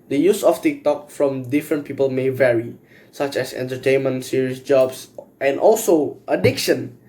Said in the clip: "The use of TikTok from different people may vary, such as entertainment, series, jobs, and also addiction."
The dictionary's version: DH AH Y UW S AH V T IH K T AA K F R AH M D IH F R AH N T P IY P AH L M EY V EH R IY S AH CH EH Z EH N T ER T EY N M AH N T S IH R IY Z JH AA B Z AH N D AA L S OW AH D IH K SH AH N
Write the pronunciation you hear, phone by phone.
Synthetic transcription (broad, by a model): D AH Y UW S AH F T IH K T AA K F R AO M D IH F R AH N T P IY P AH L M EY V EH R IY S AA CH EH S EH N T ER T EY N M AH N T S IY R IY S JH AA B S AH N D AA L S OW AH D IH K SH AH N